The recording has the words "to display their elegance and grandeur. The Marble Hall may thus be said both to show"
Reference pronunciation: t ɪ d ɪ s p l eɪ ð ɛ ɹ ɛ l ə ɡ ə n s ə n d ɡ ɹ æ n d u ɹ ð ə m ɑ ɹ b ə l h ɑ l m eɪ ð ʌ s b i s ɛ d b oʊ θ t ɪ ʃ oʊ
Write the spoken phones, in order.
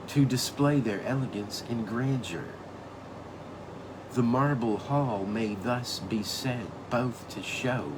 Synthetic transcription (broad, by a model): t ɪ d ɪ s p l eɪ ð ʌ ɹ ɛ l ə ɡ ə n s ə n ɡ ɹ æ n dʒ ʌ ɹ ð ə m ɑ ɹ b l h ɑ l m eɪ ð ʌ s b i s ɛ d b oʊ θ t ɪ ʃ oʊ